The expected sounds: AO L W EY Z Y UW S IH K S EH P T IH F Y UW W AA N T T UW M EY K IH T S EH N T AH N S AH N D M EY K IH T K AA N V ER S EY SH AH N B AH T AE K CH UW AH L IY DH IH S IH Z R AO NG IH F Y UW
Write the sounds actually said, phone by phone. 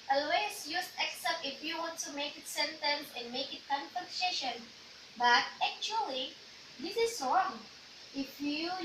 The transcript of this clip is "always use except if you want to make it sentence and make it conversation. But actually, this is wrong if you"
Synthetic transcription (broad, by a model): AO L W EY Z Y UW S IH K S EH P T IH F Y UW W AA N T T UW M EY K IH T S EH N T AH N S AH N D M EY K IH T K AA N F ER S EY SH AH N B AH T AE K CH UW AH L IY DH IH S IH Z R AO NG IH F Y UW